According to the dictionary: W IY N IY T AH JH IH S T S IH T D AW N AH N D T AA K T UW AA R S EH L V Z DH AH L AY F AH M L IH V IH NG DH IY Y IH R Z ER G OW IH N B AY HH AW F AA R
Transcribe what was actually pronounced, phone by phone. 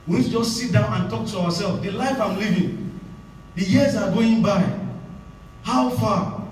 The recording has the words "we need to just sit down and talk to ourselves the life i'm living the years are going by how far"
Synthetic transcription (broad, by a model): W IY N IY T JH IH S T S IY T D AW N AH N T AA K T UW AA W S EH L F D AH L AY F AH M L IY V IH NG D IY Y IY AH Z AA G OW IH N B AY HH AW F AA